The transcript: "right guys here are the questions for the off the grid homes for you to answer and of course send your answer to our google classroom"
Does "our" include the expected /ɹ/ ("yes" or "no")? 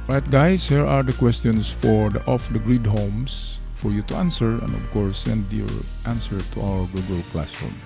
no